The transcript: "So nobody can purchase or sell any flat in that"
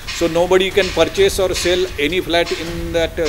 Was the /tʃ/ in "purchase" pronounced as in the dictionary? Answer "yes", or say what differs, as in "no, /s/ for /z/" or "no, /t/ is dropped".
yes